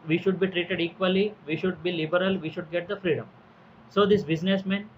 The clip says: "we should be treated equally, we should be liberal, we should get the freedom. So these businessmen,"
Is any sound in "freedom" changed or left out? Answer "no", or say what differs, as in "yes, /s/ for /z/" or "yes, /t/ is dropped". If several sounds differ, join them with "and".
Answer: no